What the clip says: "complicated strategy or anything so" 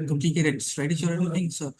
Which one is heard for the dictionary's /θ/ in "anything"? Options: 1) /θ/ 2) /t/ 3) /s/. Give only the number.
2